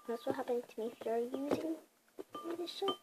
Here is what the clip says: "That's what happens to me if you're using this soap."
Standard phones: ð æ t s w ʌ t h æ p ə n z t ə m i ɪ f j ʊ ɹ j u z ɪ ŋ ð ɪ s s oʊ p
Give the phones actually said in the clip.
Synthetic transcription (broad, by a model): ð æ t s w ʌ t h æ p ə n t ə m i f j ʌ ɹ j u z ɪ ŋ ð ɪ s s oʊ